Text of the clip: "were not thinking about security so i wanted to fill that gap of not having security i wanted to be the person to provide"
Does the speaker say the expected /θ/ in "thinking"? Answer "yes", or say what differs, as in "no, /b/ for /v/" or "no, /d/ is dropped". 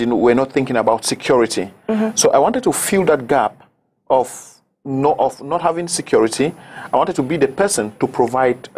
yes